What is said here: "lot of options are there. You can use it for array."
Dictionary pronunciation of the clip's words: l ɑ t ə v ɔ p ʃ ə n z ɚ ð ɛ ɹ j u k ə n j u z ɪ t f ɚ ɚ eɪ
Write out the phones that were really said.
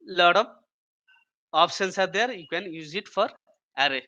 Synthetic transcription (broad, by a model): l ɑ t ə b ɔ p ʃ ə n s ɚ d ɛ ɹ j u k ə n j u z ɪ t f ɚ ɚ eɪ